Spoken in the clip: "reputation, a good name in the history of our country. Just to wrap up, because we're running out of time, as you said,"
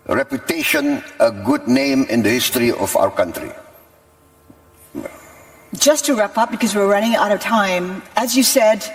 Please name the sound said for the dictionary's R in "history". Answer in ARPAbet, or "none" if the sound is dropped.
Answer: R